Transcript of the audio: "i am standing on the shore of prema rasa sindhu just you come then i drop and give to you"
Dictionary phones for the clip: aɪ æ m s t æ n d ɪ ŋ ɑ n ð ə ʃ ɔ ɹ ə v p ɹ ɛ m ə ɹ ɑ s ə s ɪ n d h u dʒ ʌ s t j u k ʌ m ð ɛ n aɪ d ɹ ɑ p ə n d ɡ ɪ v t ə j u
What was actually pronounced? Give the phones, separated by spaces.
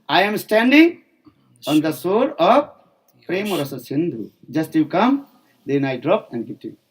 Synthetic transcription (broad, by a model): aɪ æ m s t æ n d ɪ ŋ ɑ n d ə s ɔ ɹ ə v p ɹ ɛ m ə ɹ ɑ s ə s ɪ n d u dʒ ʌ s t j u k ʌ m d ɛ n aɪ d ɹ ɑ p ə n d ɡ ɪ t ə